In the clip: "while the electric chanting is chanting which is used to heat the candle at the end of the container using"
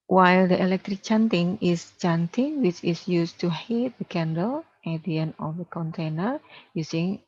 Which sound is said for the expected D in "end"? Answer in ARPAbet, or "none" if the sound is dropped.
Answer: none